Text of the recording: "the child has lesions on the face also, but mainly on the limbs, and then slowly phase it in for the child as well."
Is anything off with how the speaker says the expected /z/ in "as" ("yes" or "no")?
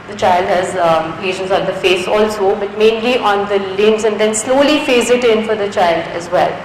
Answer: no